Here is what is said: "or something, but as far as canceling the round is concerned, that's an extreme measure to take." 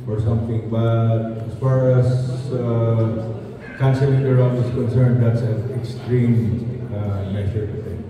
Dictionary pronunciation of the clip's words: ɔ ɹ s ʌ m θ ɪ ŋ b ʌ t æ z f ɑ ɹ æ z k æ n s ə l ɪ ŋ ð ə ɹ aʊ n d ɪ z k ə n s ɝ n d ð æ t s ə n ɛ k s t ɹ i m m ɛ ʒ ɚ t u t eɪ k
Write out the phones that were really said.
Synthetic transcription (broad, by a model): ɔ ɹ s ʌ m t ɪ ŋ b ʌ t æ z f ɑ ɹ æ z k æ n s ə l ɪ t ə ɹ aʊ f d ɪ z k ə n s ɝ n d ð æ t s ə ɛ k s t ɹ i m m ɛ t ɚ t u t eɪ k